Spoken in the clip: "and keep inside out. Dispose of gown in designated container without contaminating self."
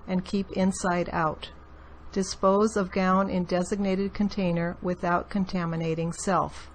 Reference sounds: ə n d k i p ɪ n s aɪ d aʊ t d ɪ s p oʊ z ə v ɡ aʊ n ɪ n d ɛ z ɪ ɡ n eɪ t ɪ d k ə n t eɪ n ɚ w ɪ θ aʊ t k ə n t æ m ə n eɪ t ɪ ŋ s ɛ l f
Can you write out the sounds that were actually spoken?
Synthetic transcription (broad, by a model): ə n k i p ɪ n s aɪ d aʊ t d ɪ s p oʊ z ə v ɡ aʊ n ɪ n d ɛ z ɪ ɡ n eɪ t ɪ d k ə n t eɪ n ɚ w ɪ θ aʊ t k ə n t æ m ə n eɪ t ɪ ŋ s ɛ l f